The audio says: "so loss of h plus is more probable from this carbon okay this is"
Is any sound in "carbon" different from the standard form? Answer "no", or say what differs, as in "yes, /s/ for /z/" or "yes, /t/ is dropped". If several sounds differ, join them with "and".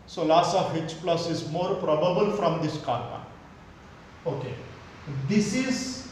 yes, /n/ is dropped